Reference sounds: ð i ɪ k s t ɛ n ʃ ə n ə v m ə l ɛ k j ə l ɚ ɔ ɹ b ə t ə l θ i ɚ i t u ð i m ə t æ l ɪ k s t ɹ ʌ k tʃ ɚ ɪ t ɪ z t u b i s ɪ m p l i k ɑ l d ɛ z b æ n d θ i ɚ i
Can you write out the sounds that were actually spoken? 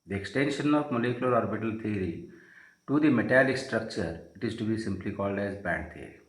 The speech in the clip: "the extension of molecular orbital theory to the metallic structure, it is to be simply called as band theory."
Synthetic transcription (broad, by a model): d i ɪ k s t ɛ n ʃ ə n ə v m ə l ɛ k j ə l ɚ ɔ ɹ b ə t ə l t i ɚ i t u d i m ə t æ l ɪ k s t ɹ ʌ k tʃ ɚ ɪ t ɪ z t u b i s ɪ m p l i k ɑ l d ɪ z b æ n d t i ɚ i